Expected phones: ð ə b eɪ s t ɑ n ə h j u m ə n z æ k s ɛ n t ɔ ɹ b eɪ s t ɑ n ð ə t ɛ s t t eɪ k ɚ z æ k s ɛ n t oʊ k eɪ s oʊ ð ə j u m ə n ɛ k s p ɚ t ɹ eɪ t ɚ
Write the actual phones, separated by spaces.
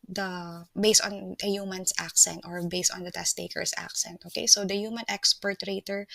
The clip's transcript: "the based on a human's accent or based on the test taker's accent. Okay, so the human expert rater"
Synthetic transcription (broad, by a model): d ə b eɪ s t ɑ n ə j u m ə n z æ k s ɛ n t ɔ ɹ b eɪ s t ɑ n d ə t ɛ s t t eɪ k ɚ s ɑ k s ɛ n t oʊ k eɪ s oʊ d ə j u m ə n ɛ k s p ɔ t ɹ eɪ t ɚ